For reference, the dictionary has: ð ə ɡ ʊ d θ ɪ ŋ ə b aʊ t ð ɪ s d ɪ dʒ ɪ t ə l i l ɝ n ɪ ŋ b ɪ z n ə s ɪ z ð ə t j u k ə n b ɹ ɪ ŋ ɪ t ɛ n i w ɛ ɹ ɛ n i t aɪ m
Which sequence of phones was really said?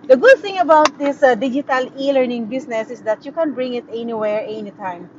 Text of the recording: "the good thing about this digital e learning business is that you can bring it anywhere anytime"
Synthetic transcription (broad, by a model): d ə ɡ ʊ d θ ɪ ŋ ə b aʊ t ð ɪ s d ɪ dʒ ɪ t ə l i l ɝ n ɪ ŋ b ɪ s n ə s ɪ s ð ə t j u k ə n b ɹ ɪ ŋ ɪ t ɛ n i w ɛ ɹ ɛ n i t aɪ m